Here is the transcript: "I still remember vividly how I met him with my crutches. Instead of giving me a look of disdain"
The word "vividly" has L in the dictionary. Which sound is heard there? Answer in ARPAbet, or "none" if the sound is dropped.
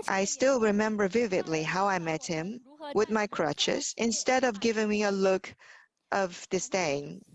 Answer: L